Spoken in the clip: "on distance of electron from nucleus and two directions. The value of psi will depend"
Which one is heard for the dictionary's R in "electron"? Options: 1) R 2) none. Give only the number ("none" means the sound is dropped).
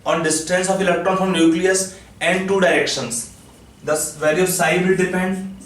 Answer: 2